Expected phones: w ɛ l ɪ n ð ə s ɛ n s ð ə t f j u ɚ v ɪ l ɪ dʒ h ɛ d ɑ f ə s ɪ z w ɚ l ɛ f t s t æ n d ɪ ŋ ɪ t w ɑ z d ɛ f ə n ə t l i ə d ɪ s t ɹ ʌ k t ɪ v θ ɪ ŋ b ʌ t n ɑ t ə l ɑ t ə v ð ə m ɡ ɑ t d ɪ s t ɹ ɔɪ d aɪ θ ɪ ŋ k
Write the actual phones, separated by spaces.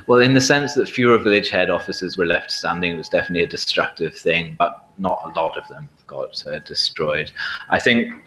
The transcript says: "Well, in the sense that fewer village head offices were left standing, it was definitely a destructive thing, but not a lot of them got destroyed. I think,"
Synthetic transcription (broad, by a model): w ɛ l ɪ n ð ə s ɛ n s ð ə t f j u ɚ v ɪ l ɪ dʒ h ɛ d ɑ f ə s ɪ z w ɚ l ɛ f t s t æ n d ɪ ŋ ɪ t w ɑ z d ɛ f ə n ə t l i ə d ɪ s t ɹ ʌ k t ɪ v θ ɪ ŋ b ʌ t n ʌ t ə l ɑ t ə v ð ə m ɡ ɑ t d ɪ s t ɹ ɔɪ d aɪ θ ɪ ŋ k